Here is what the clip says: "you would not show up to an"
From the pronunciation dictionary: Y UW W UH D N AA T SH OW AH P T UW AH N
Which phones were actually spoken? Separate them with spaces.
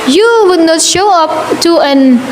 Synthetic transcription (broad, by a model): Y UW W UH D N AA T SH OW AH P T UW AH N